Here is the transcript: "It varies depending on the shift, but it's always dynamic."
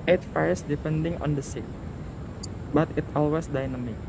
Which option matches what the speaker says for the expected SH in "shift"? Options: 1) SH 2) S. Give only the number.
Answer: 2